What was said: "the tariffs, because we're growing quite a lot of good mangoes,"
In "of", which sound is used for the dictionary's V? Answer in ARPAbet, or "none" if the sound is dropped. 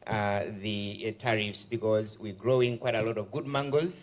V